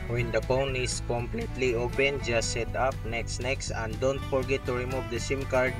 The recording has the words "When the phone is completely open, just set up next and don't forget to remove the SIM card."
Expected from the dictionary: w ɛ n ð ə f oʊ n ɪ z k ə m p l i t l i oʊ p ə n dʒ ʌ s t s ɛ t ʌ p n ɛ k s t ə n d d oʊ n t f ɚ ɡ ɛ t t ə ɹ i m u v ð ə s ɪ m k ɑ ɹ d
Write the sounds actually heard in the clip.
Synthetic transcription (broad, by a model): w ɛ n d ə p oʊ n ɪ s k ə m p l i t l i oʊ p ə n dʒ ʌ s s ɛ t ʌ p n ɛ k s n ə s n d oʊ n t f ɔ ɡ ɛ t t ə ɹ i m u v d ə s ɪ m k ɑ ɹ d